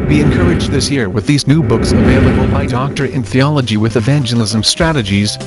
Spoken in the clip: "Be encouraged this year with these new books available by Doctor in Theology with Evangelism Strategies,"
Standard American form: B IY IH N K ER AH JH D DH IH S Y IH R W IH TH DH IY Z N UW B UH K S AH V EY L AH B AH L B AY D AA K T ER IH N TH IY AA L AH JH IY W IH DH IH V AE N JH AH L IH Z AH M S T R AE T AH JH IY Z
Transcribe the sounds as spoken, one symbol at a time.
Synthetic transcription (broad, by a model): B IY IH N K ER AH JH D DH IH S Y IH R W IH DH IY Z N UW B UH K S AH V EY L AH B AH L B AY D AA K T ER IH N TH IY AA L AH JH IY W IH DH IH V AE N JH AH L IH Z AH M S T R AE T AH JH IY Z